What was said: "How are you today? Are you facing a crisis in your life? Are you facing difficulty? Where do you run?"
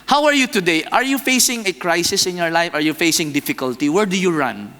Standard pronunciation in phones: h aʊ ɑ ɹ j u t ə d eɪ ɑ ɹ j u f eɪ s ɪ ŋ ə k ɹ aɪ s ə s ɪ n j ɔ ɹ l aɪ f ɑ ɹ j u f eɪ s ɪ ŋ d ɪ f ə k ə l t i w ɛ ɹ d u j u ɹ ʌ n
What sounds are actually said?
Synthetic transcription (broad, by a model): h aʊ ɑ ɹ j u t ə d eɪ ɑ ɹ j u f eɪ s ɪ ŋ ə k ɹ aɪ s ə s ɪ n j ɔ ɹ l aɪ f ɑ ɹ j u f eɪ s ɪ ŋ d ɪ f ə k ə l t i w ɛ ɹ d u j u ɹ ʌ n